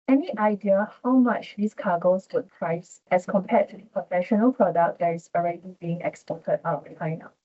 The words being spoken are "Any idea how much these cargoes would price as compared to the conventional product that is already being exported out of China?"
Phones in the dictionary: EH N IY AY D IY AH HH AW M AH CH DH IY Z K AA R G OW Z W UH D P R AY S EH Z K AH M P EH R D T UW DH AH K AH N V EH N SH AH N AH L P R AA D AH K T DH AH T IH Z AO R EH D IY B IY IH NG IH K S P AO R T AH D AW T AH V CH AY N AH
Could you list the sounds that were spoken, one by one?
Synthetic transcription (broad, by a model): EH N IY AY D IY AH HH AW M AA CH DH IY S K AA G OW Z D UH P R AY S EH S K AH M P EH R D T UW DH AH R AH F EH SH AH N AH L P R AA D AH K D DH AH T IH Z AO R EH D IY B IY IH NG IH K S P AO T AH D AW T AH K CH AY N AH